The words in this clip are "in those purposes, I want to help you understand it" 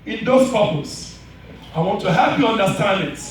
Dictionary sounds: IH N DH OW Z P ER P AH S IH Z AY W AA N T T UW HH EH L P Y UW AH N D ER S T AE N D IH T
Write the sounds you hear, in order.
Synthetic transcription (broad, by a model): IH N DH OW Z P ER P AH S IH IH W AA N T T UW HH EH L P Y UW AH N D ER S T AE N D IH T